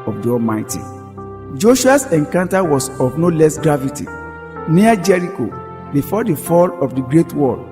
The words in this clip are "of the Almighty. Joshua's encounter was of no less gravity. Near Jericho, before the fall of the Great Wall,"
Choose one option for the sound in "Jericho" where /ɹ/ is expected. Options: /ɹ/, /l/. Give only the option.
/ɹ/